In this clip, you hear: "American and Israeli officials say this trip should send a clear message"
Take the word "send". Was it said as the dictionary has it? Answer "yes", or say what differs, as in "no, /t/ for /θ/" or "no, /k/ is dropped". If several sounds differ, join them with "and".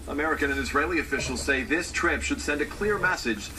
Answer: yes